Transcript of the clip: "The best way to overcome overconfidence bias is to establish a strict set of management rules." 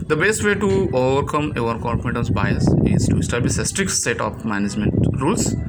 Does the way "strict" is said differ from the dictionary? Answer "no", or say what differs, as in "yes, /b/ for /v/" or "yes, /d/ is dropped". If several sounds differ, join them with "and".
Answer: no